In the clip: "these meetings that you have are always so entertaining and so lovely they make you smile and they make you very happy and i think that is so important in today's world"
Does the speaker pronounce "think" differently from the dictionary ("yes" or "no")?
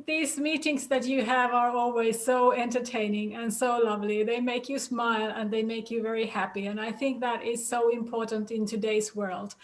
no